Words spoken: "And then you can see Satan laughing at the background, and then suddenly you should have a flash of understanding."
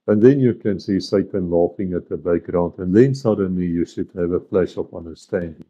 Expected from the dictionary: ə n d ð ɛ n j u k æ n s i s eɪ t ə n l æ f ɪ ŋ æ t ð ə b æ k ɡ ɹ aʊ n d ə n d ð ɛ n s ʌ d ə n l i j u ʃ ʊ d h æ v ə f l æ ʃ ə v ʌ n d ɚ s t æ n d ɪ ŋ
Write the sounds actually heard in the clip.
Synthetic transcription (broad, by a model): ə n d ð ɛ n j u k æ n s i s eɪ t ə n l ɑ f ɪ ŋ æ t ð ə b æ k ɡ ɹ aʊ n d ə n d ð ɛ n s ʌ d ə n l i j u ʃ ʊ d h æ v ə f l æ ʃ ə p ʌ n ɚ s t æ n d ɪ ŋ